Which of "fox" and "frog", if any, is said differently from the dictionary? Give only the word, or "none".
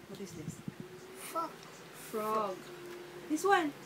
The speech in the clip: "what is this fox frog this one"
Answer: fox